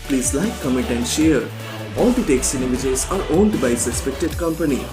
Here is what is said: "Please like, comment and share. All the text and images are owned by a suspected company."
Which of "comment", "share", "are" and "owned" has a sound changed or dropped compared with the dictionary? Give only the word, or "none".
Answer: comment